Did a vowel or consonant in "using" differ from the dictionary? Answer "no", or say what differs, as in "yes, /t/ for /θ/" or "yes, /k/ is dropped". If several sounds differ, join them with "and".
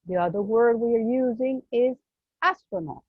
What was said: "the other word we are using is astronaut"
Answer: no